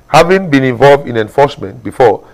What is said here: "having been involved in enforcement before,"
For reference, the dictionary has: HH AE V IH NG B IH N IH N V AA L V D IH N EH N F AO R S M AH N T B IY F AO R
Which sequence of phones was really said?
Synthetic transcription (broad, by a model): HH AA V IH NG B IH N IH N V AA L V D IH N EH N F AO S M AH N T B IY F AO